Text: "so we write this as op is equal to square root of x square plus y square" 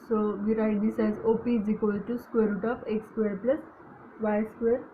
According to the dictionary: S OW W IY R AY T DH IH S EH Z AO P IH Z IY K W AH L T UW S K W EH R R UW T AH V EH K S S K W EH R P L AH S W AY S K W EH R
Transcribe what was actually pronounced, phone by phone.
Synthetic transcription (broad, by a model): S OW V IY R AY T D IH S EH Z AO P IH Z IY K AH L T UW S K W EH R R UW T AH F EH K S S K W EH R P L AH S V AY S K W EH R